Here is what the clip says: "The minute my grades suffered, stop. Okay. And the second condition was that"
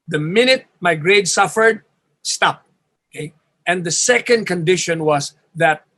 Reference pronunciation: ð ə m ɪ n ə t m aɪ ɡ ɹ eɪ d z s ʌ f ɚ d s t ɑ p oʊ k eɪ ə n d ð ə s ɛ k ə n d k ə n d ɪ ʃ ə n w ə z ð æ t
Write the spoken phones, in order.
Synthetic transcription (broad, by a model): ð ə m ɪ n ə t m aɪ ɡ ɹ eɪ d s ʌ f ɚ d s t ɑ p oʊ k eɪ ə n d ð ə s ɛ k ə n d k ə n d ɪ ʃ ə n w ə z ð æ t